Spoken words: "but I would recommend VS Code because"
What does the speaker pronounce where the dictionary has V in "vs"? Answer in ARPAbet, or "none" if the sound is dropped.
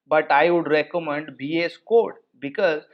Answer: B